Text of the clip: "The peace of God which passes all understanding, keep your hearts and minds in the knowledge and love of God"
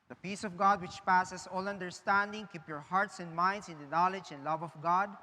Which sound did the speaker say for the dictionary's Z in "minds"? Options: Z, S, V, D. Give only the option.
S